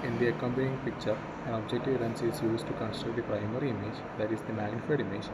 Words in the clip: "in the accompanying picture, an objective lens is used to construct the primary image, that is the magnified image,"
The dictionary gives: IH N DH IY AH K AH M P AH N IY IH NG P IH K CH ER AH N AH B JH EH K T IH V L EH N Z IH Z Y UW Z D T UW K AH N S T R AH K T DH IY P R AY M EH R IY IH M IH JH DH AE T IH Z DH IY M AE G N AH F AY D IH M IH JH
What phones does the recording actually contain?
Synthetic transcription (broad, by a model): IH N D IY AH K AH M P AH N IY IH NG P IH K CH ER AH N AH B JH EH K T IH V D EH N S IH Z Y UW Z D T UW K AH N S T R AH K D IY P R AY M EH R IY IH M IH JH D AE T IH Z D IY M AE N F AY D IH M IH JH